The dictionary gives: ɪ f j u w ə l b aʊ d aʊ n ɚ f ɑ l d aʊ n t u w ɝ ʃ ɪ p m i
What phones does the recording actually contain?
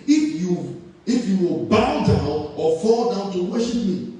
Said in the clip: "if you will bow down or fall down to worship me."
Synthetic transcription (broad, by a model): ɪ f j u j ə w b aʊ d aʊ n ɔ f ɑ l d aʊ n t u w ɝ ʃ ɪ p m i